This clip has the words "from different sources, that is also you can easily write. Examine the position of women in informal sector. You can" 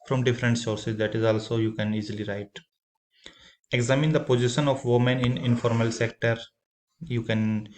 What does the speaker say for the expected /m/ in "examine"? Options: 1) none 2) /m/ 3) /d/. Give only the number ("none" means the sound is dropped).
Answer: 2